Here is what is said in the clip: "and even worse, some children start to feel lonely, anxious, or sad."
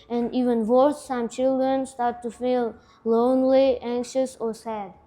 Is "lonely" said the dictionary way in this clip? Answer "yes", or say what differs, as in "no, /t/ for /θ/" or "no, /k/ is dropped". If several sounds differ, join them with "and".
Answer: yes